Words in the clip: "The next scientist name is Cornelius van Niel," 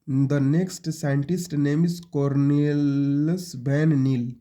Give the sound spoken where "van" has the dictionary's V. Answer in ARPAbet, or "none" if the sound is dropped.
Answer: B